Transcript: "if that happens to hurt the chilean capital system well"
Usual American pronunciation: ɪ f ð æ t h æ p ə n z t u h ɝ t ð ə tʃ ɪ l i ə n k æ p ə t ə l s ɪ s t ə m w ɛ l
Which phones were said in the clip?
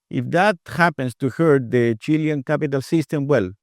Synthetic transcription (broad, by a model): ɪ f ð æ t h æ p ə n s t u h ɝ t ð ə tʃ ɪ l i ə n k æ p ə t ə l s ɪ s t ə m w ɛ l